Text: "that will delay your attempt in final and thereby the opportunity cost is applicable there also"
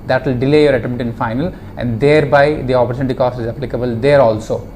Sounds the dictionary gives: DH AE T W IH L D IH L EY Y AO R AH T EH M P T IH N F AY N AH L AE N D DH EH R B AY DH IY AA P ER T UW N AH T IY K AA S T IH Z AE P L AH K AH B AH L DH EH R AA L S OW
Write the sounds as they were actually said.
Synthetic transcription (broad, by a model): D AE T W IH L D IH L EY Y AO R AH T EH M T IH N F AY N AH L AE N D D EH R B AY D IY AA P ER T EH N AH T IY K AA S T IH Z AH P L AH K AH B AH L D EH R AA L S OW